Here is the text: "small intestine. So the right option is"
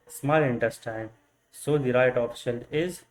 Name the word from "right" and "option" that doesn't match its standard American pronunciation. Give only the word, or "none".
option